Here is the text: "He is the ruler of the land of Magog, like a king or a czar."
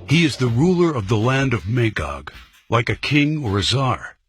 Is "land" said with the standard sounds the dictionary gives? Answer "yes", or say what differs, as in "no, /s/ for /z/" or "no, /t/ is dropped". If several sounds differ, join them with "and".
yes